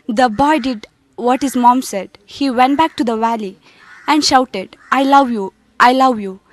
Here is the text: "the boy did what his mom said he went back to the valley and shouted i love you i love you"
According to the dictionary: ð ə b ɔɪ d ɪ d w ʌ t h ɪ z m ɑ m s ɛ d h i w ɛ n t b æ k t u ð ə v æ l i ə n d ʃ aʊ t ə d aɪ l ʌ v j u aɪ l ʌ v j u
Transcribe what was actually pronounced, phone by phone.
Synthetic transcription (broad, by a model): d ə b ɔɪ d ɪ d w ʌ t h ɪ z m ɑ m s ɛ d h i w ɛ n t b æ k t u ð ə v æ l i ə n d ʃ aʊ t ə d aɪ l ʌ v j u aɪ l ʌ v j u